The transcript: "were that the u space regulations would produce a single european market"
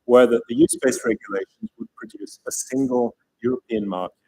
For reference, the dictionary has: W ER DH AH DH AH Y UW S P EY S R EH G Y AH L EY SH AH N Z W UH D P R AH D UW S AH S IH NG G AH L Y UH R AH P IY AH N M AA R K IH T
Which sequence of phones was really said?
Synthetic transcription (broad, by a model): W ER DH AH DH AH Y UW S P EY S R EH G Y AH L EY SH AH N Z W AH D P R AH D UW S AH S IH NG G AH L Y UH R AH P IY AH N M AA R K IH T